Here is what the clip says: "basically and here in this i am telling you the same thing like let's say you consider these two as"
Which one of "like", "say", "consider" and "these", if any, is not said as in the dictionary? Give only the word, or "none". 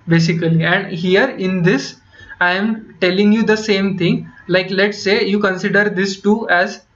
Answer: these